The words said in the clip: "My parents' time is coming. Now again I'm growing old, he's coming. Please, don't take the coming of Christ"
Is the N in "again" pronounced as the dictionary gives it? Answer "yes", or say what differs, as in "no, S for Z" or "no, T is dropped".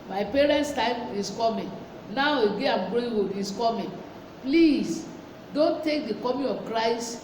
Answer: no, N is dropped